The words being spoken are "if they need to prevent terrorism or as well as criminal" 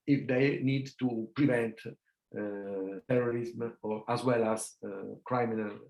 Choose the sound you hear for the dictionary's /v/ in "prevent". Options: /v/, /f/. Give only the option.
/v/